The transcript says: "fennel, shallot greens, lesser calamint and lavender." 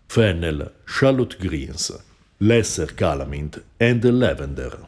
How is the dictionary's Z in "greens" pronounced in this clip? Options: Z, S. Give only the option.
S